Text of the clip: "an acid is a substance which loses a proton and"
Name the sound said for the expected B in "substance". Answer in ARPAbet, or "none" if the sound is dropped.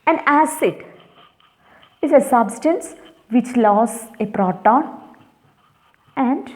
B